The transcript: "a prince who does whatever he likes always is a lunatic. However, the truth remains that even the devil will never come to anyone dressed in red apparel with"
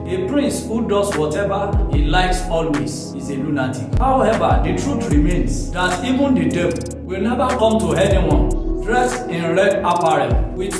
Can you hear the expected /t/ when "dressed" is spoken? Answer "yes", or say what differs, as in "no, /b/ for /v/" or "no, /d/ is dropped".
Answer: no, /t/ is dropped